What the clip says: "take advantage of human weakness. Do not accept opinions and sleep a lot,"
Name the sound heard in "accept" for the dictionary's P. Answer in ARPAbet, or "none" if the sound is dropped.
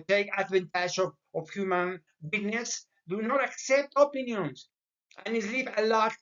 P